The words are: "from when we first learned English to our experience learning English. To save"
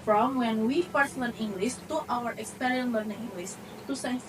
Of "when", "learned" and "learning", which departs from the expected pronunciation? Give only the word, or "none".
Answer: learned